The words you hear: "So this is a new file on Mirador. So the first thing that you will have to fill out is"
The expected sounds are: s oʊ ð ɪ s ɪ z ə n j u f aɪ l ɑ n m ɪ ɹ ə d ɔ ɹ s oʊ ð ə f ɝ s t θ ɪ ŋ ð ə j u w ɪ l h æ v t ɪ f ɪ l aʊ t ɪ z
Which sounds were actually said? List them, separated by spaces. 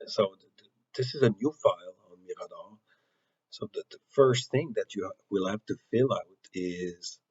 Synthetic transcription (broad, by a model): s oʊ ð ɪ s ɪ z ə n j u f aɪ l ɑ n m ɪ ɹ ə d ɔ s oʊ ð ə f ɝ s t θ ɪ ŋ ð ə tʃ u w ɪ l h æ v t ɪ f ɪ l aʊ t ɪ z